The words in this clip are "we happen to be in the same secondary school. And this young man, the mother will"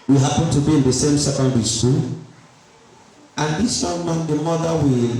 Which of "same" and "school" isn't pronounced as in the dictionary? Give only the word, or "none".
school